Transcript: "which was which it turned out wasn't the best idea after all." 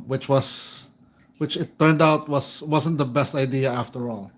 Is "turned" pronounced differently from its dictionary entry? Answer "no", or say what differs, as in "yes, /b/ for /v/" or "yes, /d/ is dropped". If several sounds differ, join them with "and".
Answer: no